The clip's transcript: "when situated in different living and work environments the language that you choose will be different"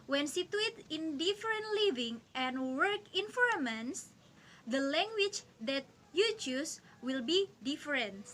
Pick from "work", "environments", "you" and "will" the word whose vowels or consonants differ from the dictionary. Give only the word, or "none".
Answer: environments